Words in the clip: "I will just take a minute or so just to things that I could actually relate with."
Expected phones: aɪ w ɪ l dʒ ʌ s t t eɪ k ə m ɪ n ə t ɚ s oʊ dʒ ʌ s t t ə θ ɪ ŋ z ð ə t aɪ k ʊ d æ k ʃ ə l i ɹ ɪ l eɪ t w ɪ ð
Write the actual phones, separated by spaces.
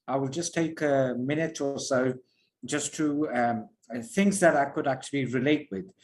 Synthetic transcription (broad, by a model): aɪ w ɪ l dʒ ʌ s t t eɪ k ə m ɪ n ə t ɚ s oʊ dʒ ʌ s t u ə θ ɪ ŋ z ð ə t aɪ k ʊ d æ k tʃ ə l i ɹ ɪ l eɪ t w ɪ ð